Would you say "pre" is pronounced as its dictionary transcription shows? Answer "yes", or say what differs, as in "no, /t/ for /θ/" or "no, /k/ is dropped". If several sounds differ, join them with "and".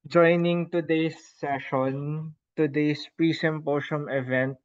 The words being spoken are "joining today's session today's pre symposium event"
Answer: yes